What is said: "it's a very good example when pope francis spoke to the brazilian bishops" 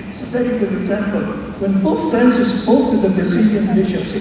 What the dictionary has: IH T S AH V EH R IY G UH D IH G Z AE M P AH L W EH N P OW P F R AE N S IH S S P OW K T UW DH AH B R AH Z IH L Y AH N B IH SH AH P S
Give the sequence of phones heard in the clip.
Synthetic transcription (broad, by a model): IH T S AH V EH R IY G UH D IH G Z AE M P AH L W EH N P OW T F R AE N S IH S S P OW K T UW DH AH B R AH S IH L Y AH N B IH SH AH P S